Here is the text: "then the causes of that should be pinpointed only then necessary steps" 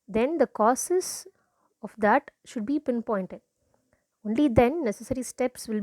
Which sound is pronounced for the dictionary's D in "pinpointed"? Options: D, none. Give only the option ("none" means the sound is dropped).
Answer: D